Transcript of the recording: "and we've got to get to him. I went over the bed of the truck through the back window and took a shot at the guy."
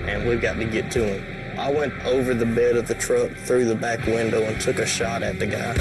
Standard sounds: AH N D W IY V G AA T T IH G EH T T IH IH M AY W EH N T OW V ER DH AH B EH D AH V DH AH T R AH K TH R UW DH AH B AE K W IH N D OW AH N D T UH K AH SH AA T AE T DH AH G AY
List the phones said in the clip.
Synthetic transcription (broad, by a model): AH N W IY V G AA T T IH G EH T T IH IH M AY W EH N T OW V ER DH AH B EH D AH V DH AH T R AH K TH R UW DH AH B AE K W IH N D OW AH N T UH K AH SH AA T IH T DH AH G AY